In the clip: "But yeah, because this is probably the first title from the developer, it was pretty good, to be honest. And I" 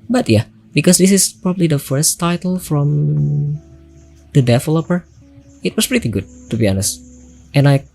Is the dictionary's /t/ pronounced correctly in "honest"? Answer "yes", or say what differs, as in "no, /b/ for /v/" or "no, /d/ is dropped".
yes